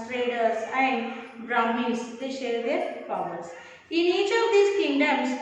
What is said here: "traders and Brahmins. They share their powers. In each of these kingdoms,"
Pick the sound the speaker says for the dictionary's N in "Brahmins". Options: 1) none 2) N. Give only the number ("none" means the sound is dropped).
1